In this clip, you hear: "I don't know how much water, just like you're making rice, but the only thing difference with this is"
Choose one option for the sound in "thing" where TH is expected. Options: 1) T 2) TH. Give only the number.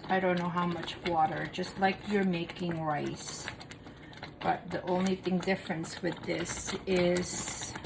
2